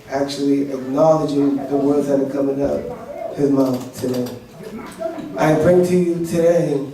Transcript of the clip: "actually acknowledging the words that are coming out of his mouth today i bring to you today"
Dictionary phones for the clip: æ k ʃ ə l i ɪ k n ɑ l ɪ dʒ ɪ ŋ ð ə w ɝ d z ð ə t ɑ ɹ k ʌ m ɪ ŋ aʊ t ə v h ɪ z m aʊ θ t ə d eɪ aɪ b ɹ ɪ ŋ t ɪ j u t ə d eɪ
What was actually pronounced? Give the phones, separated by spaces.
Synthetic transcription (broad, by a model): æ k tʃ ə l i ɪ k n ɑ l ɪ dʒ ɪ ŋ ð ə w ɝ d z ð ə t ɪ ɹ k ʌ m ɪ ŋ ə p h ɪ z m aʊ θ t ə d eɪ aɪ b ɹ ɪ ŋ t ɪ j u t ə d eɪ